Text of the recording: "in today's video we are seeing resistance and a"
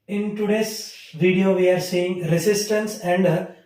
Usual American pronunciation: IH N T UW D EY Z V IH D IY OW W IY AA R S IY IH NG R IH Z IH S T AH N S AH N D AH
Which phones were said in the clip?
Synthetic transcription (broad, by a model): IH N T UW D EY S V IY D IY OW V IY AA R S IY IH NG R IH S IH S T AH N S AH N D